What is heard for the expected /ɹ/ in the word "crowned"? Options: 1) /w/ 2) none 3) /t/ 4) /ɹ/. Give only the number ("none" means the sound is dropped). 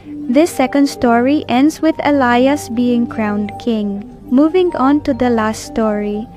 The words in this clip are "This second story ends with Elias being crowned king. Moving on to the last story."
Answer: 4